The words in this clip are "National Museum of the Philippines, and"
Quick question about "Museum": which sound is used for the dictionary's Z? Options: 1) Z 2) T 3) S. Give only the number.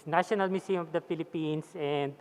3